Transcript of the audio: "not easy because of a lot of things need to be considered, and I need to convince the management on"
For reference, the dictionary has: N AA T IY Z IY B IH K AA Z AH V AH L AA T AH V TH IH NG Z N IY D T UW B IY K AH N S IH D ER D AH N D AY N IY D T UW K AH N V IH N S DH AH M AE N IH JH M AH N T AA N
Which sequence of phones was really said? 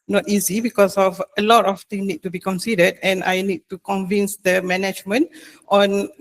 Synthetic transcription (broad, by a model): N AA T IY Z IY B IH K AA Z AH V AH L AA T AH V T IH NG N IY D T UW B IY K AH N S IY D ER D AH N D AY N IY D T UW K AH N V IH N S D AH M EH N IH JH M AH N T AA N